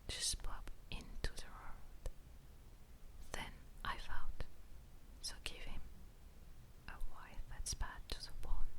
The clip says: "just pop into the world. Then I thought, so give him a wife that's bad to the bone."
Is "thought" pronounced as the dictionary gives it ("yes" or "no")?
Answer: no